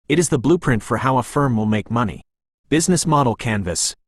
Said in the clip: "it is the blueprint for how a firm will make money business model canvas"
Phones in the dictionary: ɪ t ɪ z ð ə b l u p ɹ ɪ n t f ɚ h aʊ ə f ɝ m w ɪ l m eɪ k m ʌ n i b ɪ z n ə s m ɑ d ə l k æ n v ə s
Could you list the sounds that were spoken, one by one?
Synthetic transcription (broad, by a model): ɪ t ɪ z ð ə b l u p ɹ ɪ n t f ɚ h aʊ ə f ɝ m w ɪ l m eɪ k m ʌ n i b ɪ z n ə s m ɑ d l k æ n v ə s